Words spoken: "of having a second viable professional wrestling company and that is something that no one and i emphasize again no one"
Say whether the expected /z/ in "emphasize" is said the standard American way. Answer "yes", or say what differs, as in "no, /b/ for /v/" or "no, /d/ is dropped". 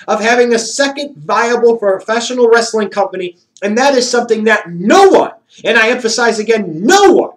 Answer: yes